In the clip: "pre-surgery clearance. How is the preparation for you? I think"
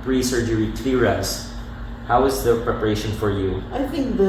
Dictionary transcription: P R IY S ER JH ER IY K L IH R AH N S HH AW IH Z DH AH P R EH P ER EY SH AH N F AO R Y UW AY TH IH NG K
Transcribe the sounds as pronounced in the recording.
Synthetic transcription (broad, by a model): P R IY S ER JH ER IY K L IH R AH S HH AW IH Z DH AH P R EH P ER EY SH AH N F AO R Y UW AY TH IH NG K